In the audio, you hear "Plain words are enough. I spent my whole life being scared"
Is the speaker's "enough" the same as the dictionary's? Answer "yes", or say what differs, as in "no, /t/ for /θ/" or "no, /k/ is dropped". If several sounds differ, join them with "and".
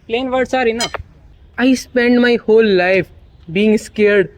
no, /f/ is dropped